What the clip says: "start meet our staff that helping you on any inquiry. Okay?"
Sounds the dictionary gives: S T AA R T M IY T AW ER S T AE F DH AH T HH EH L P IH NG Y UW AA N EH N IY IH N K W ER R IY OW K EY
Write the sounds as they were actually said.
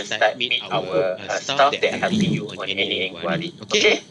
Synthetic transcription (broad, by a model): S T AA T M IY T AW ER S T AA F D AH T HH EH P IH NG Y UW AA N EH N IY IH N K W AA R IY OW K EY